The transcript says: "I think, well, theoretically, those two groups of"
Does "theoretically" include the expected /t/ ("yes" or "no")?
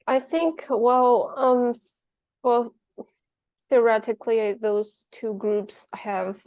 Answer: yes